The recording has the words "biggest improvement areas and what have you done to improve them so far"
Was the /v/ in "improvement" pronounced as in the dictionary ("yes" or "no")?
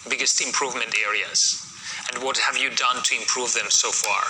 yes